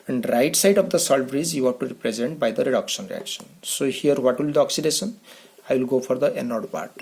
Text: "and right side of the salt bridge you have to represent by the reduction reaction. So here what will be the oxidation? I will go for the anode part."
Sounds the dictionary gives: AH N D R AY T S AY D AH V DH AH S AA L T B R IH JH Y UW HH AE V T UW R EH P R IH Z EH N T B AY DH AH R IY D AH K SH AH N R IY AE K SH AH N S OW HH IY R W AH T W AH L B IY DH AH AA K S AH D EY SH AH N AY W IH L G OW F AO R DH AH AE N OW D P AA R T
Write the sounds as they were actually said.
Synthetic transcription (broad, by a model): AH N D R AY T S AY D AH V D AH S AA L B R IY Z Y UW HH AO T UW R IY P R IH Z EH N T B AY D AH R IY D AH K SH AH N R IY AE K SH AH N S OW HH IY R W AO T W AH L B IY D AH AA K S AH D EY SH AH N AY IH L G OW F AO R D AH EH N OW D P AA R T